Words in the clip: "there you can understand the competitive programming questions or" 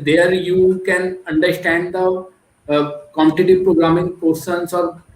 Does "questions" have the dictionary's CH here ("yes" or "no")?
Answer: no